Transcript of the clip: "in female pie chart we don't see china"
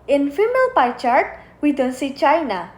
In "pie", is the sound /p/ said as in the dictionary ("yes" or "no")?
yes